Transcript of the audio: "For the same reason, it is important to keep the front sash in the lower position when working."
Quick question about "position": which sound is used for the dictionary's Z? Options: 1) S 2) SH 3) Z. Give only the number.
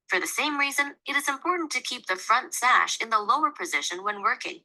3